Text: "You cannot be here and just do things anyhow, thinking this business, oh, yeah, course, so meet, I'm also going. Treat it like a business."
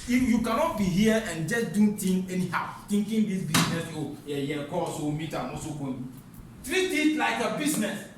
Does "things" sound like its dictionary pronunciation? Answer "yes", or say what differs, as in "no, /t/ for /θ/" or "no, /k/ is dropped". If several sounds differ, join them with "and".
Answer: no, /z/ is dropped